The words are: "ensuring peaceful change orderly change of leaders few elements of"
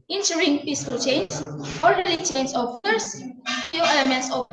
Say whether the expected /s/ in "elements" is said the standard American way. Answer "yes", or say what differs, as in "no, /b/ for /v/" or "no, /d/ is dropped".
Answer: yes